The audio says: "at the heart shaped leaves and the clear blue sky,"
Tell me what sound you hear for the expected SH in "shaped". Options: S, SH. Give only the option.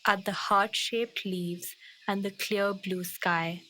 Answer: SH